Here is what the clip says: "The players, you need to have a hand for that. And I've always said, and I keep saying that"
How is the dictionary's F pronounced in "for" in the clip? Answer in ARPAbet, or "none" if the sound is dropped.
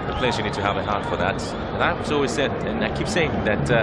F